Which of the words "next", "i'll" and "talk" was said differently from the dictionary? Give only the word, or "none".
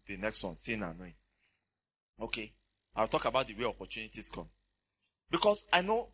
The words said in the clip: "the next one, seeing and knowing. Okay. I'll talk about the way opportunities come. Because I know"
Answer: i'll